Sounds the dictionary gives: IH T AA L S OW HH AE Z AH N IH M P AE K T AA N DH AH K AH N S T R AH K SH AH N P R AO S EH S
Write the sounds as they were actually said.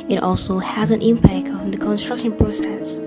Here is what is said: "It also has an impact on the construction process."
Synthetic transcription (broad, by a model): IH T AA L S OW HH AE Z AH N IH M P AE K T AA N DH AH K AH N S T R AH K SH AH N P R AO S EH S